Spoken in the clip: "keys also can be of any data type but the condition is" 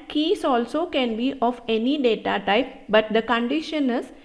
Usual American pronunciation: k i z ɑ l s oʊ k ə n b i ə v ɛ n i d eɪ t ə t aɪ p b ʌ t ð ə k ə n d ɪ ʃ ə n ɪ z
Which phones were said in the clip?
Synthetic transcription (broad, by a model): k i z ɑ l s oʊ k ə n b i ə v ɛ n i d eɪ t ə t aɪ p b ʌ t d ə k ə n d ɪ ʃ ə n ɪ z